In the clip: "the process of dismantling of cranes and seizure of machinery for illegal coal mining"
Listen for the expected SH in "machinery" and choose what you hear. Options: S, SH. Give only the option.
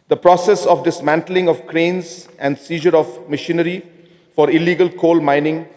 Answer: SH